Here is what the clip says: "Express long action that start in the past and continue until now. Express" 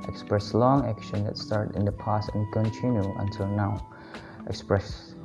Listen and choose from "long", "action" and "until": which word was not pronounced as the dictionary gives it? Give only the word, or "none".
none